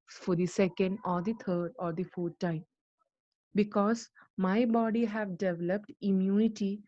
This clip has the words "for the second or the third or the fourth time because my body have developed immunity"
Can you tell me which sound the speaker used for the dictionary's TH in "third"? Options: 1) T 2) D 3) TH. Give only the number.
1